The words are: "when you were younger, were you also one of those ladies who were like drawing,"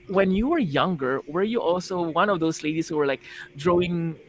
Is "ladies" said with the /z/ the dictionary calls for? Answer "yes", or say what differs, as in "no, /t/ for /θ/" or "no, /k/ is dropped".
no, /s/ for /z/